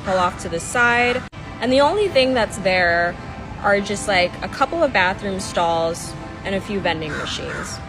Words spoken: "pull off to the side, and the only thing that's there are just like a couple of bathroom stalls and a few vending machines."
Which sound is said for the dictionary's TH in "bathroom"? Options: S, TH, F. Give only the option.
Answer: TH